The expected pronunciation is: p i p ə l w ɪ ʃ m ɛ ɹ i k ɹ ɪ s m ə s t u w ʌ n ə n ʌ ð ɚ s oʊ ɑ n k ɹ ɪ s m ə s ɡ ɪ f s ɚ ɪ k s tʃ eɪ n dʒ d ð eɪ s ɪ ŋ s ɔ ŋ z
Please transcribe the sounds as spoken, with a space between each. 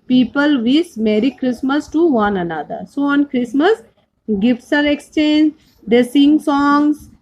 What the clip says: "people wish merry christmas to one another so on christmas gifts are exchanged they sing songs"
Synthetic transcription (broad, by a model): p i p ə l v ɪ s m ɛ ɹ i k ɹ ɪ s m ə s t u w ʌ n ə n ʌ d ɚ s oʊ ɑ n k ɹ ɪ s m ə s ɡ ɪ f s ɚ ɪ k s tʃ eɪ n dʒ d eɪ s ɪ ŋ s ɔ ŋ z